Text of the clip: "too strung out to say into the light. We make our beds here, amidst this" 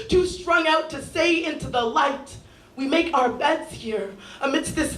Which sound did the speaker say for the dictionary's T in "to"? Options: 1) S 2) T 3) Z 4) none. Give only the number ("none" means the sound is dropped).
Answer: 2